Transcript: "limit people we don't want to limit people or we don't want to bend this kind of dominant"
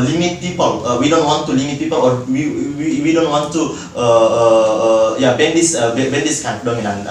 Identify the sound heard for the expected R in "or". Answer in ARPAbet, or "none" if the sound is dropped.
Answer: W